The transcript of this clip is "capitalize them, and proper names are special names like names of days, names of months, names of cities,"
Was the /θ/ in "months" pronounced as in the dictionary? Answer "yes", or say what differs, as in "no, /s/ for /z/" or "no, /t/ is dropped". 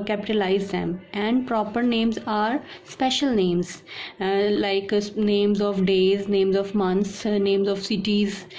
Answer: no, /t/ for /θ/